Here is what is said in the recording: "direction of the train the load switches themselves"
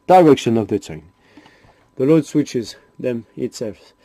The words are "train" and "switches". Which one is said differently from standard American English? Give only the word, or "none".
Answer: train